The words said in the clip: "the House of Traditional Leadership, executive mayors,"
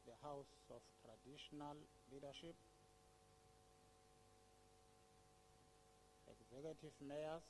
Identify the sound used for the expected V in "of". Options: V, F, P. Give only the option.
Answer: F